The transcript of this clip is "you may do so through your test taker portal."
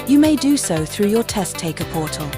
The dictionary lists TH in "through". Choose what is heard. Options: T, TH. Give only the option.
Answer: TH